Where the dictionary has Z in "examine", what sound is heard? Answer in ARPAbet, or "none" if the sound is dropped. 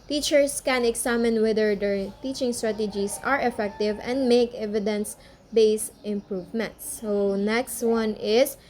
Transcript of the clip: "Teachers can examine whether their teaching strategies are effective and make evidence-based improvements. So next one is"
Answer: S